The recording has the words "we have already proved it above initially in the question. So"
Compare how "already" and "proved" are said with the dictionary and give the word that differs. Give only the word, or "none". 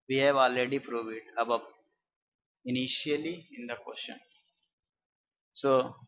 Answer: proved